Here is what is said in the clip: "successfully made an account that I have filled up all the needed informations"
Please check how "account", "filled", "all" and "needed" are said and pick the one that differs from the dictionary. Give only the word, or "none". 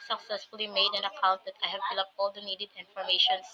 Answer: filled